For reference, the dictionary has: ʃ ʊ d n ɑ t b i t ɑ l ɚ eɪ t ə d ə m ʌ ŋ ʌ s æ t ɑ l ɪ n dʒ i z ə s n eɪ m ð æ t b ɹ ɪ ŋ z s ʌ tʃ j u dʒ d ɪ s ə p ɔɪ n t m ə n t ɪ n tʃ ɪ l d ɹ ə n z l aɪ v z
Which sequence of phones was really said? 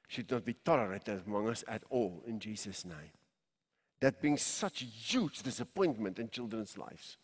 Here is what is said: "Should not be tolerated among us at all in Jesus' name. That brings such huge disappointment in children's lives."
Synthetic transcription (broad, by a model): ʃ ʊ d n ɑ t b i t ɑ l ɚ eɪ t ə d ə m ʌ ŋ ʌ s æ t ɑ l ɪ n dʒ i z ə s n eɪ m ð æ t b ɪ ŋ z s ʌ tʃ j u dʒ d ɪ s ə p ɔɪ n t m ə n t ɪ n tʃ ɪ l d ɹ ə n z l aɪ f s